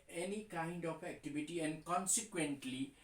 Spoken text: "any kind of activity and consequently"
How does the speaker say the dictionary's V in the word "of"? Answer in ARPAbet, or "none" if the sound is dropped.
P